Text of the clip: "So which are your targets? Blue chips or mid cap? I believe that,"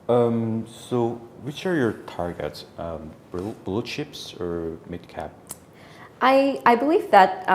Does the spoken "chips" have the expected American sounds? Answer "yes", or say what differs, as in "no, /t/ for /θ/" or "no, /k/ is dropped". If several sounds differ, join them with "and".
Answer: no, /ʃ/ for /tʃ/